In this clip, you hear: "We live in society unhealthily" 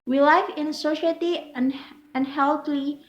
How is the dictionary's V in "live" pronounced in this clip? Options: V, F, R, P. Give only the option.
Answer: F